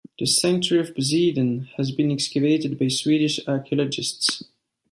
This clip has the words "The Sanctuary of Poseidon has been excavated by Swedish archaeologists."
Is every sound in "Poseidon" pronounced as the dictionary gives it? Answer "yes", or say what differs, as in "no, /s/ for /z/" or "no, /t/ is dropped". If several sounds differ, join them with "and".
no, /b/ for /p/